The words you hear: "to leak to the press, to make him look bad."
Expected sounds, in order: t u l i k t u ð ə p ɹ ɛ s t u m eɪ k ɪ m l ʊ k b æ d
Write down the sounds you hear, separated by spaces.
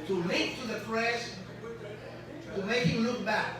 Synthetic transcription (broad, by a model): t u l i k t u ð ə f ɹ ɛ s t u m eɪ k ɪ l ʊ k b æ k